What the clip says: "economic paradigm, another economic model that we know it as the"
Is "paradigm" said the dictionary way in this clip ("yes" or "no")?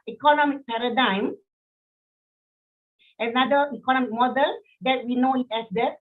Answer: yes